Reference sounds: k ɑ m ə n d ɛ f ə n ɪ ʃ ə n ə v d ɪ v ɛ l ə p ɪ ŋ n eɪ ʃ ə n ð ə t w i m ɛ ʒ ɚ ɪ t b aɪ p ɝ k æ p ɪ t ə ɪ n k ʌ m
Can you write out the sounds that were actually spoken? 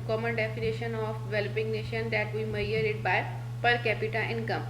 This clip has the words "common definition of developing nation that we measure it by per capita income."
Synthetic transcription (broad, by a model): k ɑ m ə n d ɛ f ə n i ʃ ə n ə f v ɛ l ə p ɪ ŋ n eɪ ʃ ə n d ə t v i m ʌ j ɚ ɪ t b aɪ p ɝ k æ p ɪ t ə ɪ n k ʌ m